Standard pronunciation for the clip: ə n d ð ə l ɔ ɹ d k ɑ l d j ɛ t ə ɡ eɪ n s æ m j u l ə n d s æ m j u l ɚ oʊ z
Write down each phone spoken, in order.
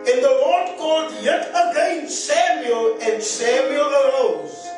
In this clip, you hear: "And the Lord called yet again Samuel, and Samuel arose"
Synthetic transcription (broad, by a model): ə n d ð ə w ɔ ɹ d k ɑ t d j ɛ t ə ɡ eɪ n s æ m j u l ə n d s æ m j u l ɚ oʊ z